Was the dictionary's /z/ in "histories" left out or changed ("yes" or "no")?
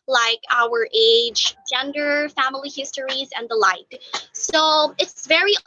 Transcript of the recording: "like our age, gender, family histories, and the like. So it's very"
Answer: no